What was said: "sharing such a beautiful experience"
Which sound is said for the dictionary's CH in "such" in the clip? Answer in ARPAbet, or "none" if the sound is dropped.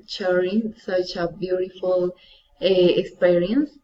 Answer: CH